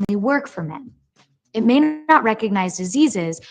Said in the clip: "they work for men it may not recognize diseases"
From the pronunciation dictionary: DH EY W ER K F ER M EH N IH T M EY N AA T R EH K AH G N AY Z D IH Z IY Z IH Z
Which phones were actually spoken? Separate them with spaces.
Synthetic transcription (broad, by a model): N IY W ER K F ER M EH N IH T M EY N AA T R EH K AH G N AY Z D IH Z IY Z IH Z